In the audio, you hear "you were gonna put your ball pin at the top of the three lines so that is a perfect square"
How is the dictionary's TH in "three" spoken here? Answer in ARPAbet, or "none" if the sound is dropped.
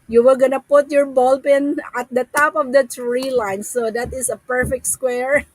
T